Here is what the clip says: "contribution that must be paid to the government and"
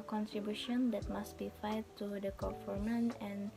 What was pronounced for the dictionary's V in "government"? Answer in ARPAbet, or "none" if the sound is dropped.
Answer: F